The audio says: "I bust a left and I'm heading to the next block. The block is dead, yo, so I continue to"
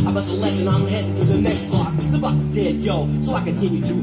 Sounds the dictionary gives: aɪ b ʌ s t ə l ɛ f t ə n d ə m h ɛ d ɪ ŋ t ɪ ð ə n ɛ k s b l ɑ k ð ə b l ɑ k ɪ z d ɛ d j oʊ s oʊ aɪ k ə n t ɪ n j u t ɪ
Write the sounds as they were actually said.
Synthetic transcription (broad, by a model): aɪ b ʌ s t ə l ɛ t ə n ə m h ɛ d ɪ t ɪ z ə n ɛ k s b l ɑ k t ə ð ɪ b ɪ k d ɛ d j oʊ s oʊ aɪ k ə n t ɪ n j u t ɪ